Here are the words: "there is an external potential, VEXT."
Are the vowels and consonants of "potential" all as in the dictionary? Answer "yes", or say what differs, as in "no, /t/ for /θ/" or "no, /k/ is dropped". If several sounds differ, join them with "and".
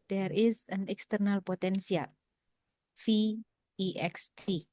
no, /s/ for /ʃ/